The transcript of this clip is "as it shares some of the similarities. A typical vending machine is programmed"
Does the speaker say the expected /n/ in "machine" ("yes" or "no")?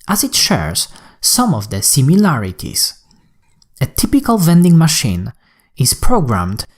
yes